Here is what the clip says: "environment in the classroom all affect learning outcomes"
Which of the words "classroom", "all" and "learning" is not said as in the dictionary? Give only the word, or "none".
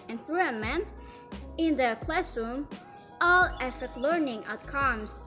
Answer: none